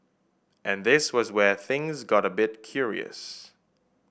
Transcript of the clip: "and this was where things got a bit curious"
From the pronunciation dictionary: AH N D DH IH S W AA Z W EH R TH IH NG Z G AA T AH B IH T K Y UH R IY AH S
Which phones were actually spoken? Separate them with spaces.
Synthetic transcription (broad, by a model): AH N DH IH S W AA Z W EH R TH IH NG Z G AA T AH B IH T K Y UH R IY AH S